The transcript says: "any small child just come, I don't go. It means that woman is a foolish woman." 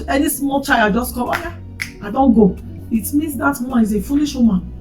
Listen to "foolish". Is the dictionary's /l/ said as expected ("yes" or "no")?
no